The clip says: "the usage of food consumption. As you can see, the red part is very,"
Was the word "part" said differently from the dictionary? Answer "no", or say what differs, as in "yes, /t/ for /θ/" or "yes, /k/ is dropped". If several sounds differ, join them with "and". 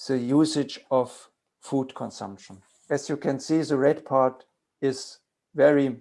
no